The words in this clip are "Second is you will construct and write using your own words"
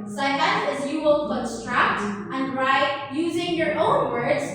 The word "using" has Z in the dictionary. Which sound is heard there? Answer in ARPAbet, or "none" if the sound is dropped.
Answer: Z